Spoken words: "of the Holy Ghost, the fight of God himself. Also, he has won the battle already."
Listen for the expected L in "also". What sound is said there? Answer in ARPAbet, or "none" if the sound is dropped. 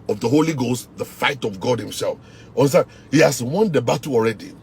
N